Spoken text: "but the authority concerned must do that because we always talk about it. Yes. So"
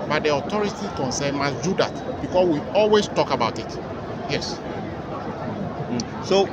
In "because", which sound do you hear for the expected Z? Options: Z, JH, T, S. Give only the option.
S